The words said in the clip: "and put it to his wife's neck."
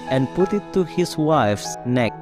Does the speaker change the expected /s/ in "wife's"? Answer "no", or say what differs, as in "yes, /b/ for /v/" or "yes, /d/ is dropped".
no